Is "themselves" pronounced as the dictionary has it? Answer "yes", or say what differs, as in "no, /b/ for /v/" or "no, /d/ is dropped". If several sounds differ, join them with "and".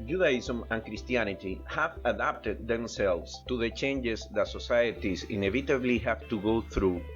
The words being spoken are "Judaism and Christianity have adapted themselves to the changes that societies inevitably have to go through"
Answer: no, /s/ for /z/